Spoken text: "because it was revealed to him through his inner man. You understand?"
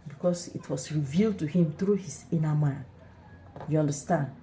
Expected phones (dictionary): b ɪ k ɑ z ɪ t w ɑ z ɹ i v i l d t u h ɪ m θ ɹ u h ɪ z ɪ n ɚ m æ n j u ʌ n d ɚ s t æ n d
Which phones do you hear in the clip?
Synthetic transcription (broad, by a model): b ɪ k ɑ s ɪ t w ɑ s ɹ i v i l d t u h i m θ ɹ u h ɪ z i n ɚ m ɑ n j u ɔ n d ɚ s t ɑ n d